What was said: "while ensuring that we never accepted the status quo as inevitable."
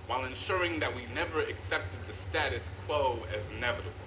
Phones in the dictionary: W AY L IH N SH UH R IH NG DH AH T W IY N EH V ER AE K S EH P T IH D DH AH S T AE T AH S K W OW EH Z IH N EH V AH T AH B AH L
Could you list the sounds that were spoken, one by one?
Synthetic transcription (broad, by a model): W AY L IH N SH UH R IH NG DH AH T W IY N EH V ER AE K S EH P T IH D DH AH S T AE T AH S K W OW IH Z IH N EH V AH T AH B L